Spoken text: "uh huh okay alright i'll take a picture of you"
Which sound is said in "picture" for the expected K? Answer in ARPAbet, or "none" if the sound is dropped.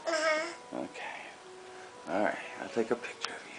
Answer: K